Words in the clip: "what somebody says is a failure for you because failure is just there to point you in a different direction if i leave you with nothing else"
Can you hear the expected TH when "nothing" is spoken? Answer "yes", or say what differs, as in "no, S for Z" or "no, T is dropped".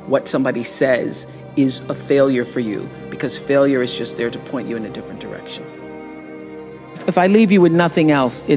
yes